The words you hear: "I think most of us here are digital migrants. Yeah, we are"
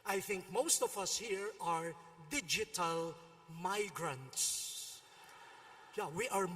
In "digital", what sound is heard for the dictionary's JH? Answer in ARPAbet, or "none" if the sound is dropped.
JH